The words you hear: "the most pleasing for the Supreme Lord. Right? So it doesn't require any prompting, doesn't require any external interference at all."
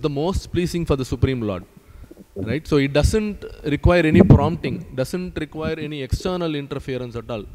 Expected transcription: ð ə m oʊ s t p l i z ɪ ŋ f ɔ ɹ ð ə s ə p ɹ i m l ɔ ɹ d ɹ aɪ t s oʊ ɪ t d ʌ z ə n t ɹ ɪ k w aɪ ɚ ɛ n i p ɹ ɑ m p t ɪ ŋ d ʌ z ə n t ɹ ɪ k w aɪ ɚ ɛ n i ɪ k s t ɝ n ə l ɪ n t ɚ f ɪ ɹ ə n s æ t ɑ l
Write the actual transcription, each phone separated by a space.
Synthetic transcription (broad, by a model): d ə m oʊ s t p l i s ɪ ŋ f ɔ ɹ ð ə s ə p ɹ i m l ɔ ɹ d ɹ aɪ t s oʊ ɪ t d ʌ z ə n t ɹ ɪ k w aɪ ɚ ɛ n i p ɹ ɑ m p t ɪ ŋ d ʌ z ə n t ɹ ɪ k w aɪ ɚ ɛ n i ɪ k s t ɝ n ə l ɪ n t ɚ f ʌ ɹ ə n s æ t ɑ l